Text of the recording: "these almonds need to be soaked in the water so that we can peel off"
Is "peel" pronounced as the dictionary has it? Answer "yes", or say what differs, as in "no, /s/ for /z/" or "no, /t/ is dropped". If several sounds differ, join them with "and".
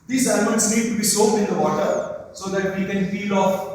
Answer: no, /f/ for /p/